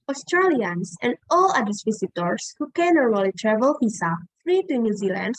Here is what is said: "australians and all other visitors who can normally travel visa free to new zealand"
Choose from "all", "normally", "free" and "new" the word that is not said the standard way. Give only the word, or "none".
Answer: normally